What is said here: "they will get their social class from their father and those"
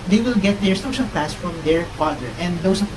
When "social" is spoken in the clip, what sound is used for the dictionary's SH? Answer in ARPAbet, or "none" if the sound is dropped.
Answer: SH